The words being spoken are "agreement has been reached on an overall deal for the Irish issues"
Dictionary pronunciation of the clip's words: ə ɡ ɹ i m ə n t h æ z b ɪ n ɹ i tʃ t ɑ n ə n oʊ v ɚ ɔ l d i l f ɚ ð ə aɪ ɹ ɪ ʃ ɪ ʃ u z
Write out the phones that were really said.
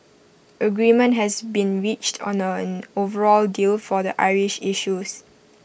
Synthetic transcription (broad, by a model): ə ɡ ɹ i m ə n t h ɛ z b ɪ n ɹ i tʃ t ɑ n ə n oʊ v ɚ ɔ l d i l f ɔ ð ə aɪ ɹ ɪ ʃ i ʃ u s